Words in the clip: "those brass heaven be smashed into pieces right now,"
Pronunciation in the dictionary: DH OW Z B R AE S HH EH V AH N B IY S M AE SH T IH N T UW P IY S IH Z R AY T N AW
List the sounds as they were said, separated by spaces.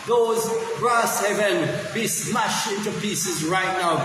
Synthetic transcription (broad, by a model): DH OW Z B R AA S HH EH V AH N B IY S M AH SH IH N T UW P IY S IH Z R AY T N AW